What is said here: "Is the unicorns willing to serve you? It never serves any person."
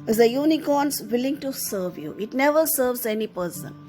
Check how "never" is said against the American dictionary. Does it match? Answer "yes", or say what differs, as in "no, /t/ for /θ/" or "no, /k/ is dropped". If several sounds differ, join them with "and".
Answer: yes